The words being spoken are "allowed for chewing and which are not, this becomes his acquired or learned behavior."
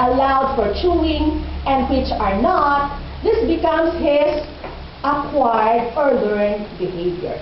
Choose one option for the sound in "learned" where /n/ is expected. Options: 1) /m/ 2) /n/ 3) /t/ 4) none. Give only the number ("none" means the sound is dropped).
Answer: 4